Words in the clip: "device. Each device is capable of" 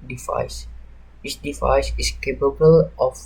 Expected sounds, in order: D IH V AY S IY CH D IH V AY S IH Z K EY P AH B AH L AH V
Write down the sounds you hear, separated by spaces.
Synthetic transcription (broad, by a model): D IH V AY S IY S D IH V AY S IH S K EY P AH B AH L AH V